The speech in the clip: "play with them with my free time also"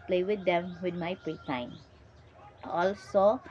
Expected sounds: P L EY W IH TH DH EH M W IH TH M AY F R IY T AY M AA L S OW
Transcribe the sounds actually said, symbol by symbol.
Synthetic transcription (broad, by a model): P L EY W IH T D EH M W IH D M AY P R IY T AY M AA L S OW